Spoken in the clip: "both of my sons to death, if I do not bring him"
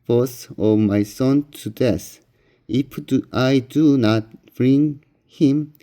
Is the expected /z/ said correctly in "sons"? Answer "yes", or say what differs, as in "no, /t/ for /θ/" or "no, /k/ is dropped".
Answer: no, /z/ is dropped